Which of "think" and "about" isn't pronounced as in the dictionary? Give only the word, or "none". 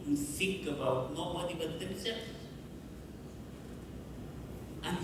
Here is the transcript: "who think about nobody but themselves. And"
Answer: think